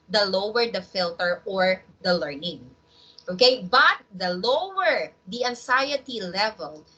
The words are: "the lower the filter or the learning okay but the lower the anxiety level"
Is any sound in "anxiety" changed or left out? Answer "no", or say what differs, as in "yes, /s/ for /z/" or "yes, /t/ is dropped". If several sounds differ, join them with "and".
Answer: yes, /s/ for /z/